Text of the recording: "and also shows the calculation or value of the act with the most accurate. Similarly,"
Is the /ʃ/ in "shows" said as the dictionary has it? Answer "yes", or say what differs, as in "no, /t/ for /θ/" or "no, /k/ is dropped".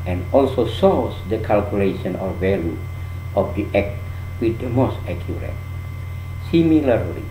no, /s/ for /ʃ/